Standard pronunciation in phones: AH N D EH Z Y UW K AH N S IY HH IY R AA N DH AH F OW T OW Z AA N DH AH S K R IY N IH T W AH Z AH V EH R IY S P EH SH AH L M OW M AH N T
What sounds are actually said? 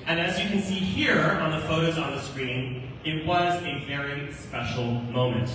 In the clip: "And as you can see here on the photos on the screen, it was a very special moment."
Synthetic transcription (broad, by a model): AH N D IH Z Y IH K AH N S IY HH IY R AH N DH AH F OW T OW Z N DH AH S K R IY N IH T W AH Z AH V EH R IY S P EH SH L M OW M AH N T